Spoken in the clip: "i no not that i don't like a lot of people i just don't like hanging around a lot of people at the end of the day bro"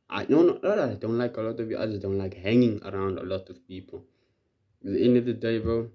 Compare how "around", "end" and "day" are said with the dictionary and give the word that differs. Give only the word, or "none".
end